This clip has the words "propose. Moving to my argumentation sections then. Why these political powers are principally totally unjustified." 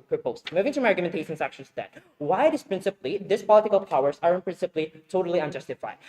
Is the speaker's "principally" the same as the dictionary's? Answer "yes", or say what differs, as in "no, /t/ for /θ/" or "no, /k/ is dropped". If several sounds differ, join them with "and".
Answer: yes